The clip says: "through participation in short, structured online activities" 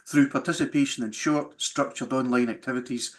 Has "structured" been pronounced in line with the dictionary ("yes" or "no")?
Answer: yes